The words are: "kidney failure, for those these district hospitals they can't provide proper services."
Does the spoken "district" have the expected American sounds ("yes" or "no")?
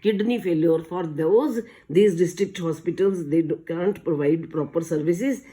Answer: yes